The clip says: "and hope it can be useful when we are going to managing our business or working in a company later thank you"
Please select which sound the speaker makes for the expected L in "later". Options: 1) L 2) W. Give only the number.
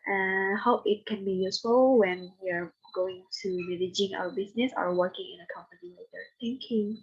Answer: 2